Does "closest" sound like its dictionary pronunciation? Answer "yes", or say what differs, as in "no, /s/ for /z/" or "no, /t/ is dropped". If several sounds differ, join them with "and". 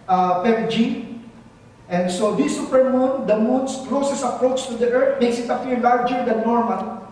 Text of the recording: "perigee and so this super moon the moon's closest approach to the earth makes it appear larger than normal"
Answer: no, /t/ is dropped